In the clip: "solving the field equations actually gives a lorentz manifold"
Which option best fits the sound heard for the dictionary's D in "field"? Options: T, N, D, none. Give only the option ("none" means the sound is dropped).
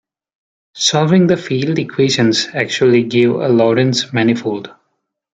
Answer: D